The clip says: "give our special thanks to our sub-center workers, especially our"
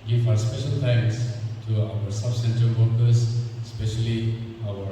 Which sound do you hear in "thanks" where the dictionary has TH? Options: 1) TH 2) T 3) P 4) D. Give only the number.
2